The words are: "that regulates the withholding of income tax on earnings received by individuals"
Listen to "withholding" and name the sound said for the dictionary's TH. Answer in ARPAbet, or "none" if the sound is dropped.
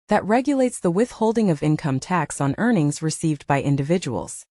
TH